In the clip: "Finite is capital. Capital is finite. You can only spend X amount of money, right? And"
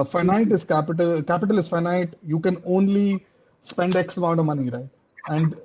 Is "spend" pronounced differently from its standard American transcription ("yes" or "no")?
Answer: no